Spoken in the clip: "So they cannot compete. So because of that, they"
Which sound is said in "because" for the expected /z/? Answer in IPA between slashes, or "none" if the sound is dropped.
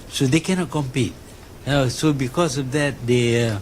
/s/